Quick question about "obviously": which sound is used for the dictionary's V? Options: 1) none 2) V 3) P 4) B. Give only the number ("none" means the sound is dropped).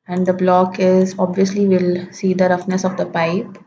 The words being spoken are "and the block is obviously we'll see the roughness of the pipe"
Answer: 2